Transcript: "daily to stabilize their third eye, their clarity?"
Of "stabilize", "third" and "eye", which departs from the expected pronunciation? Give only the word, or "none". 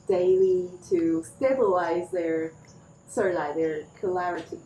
third